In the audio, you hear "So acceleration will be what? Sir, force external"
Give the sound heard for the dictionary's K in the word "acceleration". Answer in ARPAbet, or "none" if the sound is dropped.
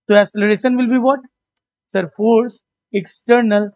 none